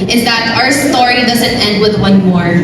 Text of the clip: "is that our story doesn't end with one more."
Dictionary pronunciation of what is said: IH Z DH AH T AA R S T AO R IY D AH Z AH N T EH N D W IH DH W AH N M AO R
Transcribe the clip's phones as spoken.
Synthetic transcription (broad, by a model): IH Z DH AH T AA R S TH AO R IY D AH Z AH N T EH N D W IH DH W AH N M AO R